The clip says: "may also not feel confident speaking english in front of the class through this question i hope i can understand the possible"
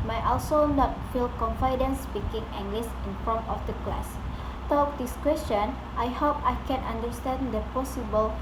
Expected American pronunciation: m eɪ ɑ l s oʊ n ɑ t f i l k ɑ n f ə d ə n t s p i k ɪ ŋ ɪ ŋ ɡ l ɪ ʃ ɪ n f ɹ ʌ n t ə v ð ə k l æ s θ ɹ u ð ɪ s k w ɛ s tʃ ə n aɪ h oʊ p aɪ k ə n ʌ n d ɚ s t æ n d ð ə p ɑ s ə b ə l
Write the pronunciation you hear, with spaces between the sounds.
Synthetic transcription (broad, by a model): m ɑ ɑ l s oʊ n ɑ t f i l k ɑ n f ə d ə n s p i k ɪ ŋ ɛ ŋ ɡ l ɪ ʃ ɪ n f ɔ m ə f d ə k l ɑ s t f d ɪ s k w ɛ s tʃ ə n aɪ h oʊ p aɪ k ə n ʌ n d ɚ s t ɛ n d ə p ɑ s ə b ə l